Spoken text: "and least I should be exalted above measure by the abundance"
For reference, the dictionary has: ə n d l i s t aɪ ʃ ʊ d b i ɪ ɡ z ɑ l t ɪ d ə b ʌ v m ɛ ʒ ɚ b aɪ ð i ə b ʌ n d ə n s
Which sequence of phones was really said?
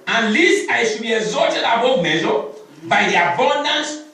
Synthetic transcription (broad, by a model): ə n l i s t aɪ ʃ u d b i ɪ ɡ z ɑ t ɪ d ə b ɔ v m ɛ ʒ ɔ b aɪ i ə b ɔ n d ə n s